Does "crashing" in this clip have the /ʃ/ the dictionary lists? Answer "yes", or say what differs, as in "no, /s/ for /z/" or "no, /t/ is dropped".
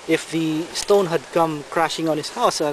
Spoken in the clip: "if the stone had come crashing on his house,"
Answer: yes